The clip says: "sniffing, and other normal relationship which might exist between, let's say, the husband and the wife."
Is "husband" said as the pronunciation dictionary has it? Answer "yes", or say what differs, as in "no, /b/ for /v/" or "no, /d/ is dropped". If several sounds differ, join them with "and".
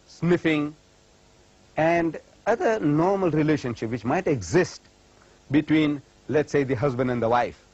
yes